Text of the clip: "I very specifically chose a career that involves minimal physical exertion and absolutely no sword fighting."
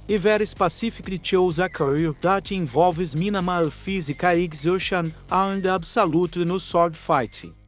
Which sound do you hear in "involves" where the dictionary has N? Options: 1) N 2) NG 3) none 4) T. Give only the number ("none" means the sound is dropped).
3